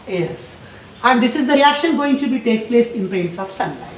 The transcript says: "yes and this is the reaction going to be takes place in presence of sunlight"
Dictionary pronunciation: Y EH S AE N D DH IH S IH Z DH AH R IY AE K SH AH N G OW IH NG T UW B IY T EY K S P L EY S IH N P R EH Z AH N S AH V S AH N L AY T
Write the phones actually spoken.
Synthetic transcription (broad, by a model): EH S AE N D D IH S IH Z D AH R IY AE K SH AH N G OW IH NG T UW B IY T EY K S P L EY S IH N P R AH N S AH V S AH N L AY